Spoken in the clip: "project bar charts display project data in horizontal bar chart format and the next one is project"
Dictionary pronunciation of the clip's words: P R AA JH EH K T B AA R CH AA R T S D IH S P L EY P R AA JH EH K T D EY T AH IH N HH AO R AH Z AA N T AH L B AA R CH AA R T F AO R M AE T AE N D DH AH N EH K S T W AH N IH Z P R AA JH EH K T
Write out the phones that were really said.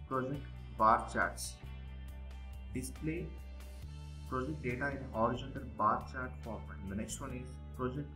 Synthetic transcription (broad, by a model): P R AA JH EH K T B AA R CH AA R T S D IH S P L EY P R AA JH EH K T D EY T AH IH N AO R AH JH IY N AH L B AA R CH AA R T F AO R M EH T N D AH N EH K S T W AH N IH Z P R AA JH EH K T